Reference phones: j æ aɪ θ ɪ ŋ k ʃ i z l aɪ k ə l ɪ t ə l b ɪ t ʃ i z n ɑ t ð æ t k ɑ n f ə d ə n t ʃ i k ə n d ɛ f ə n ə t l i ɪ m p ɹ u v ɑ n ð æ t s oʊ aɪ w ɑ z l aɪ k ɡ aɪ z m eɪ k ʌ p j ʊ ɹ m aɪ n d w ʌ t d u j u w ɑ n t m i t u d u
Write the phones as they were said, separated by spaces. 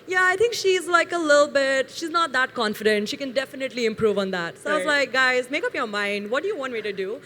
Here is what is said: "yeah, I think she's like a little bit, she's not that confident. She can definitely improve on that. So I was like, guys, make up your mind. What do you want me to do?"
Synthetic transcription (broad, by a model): j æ aɪ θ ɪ ŋ k ʃ i z l aɪ k ə l ɪ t l b ɪ t ʃ i z n ɑ t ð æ t k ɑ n f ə d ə n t ʃ i k ə n d ɛ f ə n ə t l i ɪ m p ɹ u v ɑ n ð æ t s oʊ aɪ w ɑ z l aɪ k ɡ aɪ z m eɪ k ʌ p j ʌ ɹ m aɪ n d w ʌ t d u j u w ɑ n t m i t u d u